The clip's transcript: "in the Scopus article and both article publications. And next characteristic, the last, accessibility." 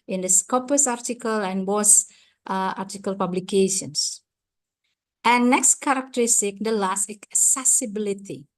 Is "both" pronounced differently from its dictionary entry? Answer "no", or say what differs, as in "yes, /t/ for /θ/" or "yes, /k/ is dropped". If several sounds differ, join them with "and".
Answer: yes, /s/ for /θ/